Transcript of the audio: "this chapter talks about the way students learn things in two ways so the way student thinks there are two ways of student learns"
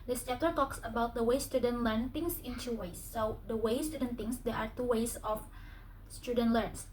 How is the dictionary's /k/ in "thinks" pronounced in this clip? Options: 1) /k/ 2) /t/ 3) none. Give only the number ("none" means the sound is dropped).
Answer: 3